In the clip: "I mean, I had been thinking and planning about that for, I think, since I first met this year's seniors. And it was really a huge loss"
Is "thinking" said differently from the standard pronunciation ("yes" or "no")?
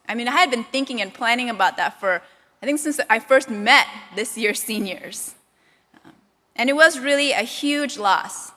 no